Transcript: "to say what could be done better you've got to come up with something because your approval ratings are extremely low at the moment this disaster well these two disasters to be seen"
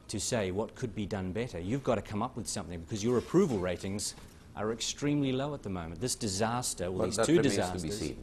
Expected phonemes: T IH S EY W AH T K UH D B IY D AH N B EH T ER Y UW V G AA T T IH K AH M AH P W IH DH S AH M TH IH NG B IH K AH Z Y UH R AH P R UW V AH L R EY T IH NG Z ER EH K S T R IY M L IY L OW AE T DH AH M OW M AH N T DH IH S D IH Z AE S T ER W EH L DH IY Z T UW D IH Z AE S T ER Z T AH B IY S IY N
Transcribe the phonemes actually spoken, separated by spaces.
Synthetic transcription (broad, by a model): T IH S EY W AH T K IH D B IY D AH N B EH T ER Y UW V G AA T T IH K AH M AH P W IH DH S AH M TH IH NG B IH K AH Z Y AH R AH P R UW V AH L R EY T IH NG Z ER EH K S T R IY M L IY L OW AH T DH AH M OW M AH N DH IH S D IH Z AE S T ER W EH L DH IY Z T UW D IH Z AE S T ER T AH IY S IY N